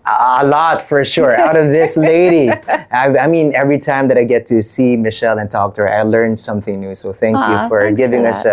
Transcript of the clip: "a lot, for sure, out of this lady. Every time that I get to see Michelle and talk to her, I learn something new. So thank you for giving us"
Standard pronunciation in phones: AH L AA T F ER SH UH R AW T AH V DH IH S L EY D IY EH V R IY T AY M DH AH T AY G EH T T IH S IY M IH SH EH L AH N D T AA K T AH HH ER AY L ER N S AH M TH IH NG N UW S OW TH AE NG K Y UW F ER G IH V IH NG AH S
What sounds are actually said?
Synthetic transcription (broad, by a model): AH L AA T F ER SH UH R AW T AH V DH IH S L EY D IY EH V R IY T AY M DH AH T AY G EH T T IH S IY M IH SH EH L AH N T AA K T AH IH L ER N S AH M TH IH NG N UW S OW TH AE NG K Y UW F ER G IH V IH NG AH S